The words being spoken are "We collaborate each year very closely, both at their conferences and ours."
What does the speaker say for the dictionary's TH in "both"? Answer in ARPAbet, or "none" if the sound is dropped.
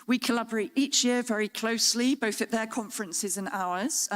TH